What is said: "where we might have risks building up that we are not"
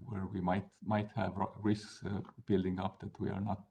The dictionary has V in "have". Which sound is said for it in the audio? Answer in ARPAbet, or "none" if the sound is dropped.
V